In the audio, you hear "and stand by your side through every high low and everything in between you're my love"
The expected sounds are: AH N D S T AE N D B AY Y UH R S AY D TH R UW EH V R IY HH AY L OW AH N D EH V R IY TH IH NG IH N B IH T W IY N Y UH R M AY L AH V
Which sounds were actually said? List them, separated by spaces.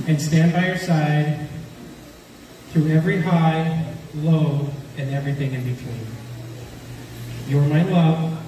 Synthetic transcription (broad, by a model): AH N S T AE N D B AY Y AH R S AY D TH R UW EH V R IY HH AY L OW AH N EH V R IY TH IH NG IH N B IH T W IY N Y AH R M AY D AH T